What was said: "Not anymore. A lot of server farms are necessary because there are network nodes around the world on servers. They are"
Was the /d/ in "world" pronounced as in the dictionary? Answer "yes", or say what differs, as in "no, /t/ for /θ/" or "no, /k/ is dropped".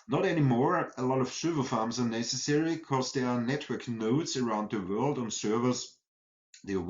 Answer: yes